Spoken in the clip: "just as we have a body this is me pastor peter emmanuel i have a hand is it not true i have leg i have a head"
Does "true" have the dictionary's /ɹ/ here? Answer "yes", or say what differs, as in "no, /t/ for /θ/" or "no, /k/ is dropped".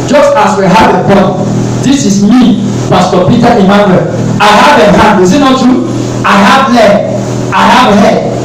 no, /ɹ/ is dropped